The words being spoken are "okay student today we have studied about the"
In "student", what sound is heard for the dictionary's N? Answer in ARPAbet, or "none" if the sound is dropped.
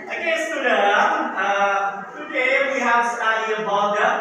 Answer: none